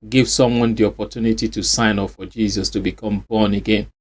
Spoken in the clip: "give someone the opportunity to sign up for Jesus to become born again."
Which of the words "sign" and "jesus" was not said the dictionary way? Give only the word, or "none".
none